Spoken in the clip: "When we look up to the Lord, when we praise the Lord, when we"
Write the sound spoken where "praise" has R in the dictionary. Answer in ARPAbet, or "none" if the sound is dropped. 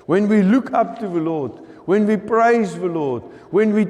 R